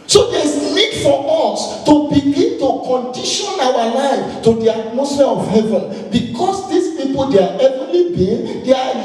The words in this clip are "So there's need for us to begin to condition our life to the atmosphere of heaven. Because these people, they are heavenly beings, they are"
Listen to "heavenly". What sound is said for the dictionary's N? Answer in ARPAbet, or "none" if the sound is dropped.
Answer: none